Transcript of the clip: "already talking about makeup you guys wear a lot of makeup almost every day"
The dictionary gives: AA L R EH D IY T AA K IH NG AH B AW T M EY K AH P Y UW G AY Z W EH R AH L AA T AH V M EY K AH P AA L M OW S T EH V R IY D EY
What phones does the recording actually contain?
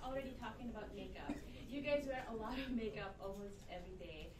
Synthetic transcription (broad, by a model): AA L R EH D IY T AA K IH NG AH B AW T M EY K AH P Y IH G AY Z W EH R AH L AA T AH V M EY K AH P AA L M OW S T EH V R IY D EY